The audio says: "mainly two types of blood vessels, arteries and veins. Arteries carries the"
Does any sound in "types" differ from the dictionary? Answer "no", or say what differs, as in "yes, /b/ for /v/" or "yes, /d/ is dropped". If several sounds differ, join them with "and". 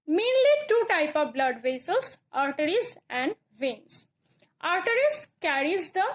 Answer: yes, /s/ is dropped